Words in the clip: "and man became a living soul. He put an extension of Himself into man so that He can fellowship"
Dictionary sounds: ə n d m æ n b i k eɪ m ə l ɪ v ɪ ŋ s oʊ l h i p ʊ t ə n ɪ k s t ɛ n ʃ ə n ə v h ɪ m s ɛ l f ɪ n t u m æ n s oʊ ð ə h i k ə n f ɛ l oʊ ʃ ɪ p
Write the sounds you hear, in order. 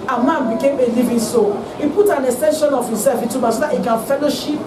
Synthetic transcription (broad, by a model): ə m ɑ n b i k eɪ m ə l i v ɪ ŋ s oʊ h i p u t ə n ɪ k s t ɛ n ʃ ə n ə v h ɪ m s ɛ l f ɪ t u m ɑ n s oʊ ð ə h i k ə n f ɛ l oʊ ʃ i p